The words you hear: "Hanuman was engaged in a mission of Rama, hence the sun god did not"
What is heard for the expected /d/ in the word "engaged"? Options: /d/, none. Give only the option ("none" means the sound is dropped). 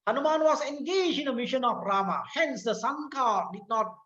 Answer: none